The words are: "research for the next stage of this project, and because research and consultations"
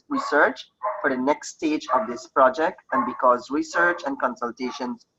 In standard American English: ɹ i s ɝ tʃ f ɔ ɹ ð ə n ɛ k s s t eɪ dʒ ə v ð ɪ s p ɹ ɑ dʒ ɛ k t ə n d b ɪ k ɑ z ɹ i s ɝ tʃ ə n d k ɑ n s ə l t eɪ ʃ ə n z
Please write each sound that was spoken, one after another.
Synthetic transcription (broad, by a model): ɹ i s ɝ tʃ f ɔ ɹ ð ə n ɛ k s s t eɪ dʒ ə v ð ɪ s p ɹ ɑ dʒ ɛ k t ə n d b ɪ k ɑ z ɹ i s ɝ tʃ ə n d k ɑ n s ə l t eɪ ʃ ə n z